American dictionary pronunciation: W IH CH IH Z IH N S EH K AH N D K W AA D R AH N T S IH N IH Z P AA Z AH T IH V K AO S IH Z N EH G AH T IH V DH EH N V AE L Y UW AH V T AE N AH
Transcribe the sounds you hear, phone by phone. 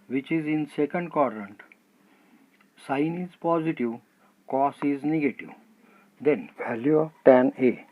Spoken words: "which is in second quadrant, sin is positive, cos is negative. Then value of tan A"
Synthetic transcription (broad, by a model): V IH CH IH Z IH N S EH K AH N D K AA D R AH N T S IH N IH Z P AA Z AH T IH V K AO S IH Z N EH G AH T IH V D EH N V AE L Y UW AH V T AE N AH